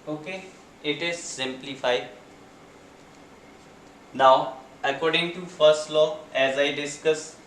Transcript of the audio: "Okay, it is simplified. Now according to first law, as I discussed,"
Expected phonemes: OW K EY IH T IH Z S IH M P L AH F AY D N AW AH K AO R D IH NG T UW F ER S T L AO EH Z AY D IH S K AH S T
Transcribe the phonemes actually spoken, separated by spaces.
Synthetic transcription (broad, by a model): OW K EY IH T IH Z S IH M P L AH F AY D N AW AH K AO R D IH NG T UW F ER S T L AO EH Z AY D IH S K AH S